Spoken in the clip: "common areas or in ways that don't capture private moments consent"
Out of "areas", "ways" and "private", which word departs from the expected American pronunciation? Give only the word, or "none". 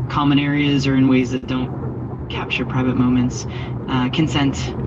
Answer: none